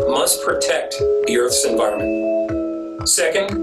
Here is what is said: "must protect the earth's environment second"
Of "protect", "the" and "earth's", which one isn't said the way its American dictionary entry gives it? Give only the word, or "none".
none